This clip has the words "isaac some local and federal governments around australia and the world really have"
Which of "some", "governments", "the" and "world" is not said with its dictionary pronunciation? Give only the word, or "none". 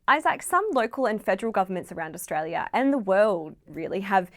none